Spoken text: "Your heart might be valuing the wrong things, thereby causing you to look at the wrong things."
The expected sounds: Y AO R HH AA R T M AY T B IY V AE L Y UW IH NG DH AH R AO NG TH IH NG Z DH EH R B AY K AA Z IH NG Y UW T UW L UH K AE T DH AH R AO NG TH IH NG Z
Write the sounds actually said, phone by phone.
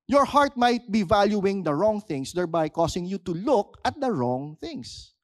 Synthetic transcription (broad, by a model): Y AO R HH AA R T M AY T B IY V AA L Y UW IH NG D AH R AO NG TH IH NG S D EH R B AY K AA S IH NG Y UW T UW L UH K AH T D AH R AO NG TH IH NG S